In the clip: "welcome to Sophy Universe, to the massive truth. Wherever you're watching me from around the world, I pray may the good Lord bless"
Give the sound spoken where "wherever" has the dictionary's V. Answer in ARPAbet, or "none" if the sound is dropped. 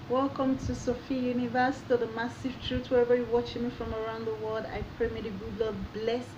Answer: V